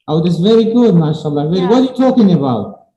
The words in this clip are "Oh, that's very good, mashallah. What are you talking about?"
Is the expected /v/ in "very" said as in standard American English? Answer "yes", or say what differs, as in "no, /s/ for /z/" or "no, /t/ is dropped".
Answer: yes